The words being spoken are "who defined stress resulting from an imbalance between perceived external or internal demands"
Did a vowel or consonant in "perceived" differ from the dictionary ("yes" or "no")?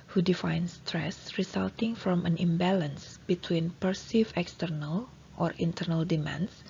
yes